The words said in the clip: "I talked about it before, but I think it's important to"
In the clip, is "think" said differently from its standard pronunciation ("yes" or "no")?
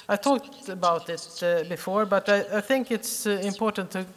no